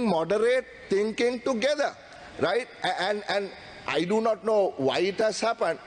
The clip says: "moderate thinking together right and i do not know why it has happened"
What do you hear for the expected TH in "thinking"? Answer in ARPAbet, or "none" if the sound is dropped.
T